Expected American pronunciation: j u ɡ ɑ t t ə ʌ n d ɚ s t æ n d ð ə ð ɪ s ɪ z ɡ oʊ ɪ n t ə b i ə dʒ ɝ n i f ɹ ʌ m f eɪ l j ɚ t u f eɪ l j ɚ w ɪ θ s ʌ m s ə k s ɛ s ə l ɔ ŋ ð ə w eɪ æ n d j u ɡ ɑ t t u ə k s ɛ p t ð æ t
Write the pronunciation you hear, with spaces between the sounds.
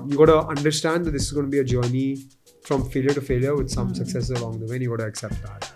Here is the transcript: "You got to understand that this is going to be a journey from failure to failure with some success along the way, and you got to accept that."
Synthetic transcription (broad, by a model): j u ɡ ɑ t t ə ʌ n d ɚ s t æ n d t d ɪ s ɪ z ɡ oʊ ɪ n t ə b i ə dʒ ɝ n i f ɹ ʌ m f eɪ l j ɚ t u f eɪ l j ɚ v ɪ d s ʌ m s ə k s ɛ s ə l ɔ ŋ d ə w eɪ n j u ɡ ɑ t t u ə k s ɛ p t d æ t